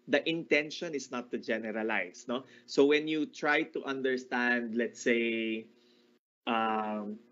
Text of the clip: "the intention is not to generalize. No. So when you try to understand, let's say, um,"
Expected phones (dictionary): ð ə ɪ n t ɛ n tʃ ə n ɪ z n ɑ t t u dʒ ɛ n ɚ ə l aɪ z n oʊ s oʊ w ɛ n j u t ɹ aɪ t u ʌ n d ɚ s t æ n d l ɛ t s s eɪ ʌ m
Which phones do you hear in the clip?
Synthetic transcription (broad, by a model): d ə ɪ n t ɛ n ʃ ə n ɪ s n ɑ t t u dʒ ɛ n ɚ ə l aɪ s n oʊ s oʊ w ɛ n j u t ɹ aɪ t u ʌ n d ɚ s t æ n d l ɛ t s s eɪ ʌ m